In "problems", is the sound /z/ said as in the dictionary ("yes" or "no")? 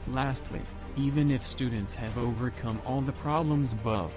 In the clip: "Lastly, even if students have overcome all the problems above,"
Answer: yes